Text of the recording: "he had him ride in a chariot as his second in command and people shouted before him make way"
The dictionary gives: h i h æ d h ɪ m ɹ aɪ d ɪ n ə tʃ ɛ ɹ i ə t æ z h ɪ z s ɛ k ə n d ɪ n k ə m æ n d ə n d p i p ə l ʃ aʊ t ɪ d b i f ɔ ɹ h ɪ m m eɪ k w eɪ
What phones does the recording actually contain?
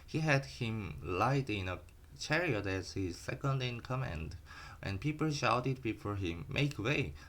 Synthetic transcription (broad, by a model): h i h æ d h ɪ m l aɪ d ɪ n ə tʃ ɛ ɹ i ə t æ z h ɪ z s ɛ k ə n d ɪ n k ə m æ n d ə n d p i p ə l ʃ aʊ t ɪ d b i f ɔ ɹ h ɪ m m eɪ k w eɪ